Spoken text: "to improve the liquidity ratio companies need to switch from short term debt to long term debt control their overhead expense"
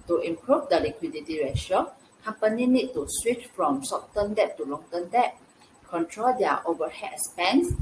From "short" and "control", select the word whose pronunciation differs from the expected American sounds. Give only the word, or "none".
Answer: short